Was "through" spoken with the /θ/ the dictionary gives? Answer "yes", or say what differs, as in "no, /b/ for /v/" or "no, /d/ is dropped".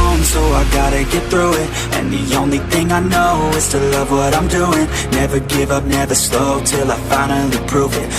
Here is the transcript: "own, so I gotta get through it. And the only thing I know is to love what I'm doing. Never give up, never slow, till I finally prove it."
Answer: yes